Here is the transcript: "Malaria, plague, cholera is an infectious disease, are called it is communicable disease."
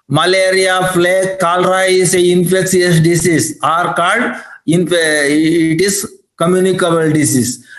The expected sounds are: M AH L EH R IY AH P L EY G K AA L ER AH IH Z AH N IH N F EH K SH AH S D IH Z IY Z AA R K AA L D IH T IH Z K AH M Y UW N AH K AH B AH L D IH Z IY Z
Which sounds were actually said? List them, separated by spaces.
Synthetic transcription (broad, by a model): M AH L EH R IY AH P L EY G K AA L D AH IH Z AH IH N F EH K S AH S D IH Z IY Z AA R K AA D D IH T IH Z K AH M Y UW N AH K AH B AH L D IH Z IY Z